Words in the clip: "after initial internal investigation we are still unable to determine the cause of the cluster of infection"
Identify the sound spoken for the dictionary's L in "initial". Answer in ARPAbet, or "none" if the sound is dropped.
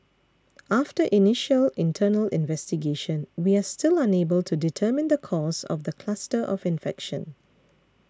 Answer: L